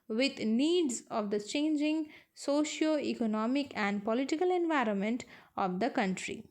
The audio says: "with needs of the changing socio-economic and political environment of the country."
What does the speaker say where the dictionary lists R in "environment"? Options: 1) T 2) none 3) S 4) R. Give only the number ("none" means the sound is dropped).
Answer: 4